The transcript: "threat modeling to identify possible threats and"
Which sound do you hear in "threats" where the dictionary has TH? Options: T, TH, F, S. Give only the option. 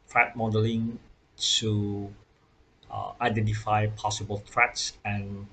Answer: T